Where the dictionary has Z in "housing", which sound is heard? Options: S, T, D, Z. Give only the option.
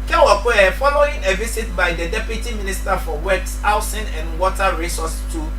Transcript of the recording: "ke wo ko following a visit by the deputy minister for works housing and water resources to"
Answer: S